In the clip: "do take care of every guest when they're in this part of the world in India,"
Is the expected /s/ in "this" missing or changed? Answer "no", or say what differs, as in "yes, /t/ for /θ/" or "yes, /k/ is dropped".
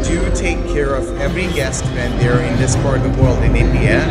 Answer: no